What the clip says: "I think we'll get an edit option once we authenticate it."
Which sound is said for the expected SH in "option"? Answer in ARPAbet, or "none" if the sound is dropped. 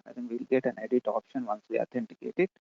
SH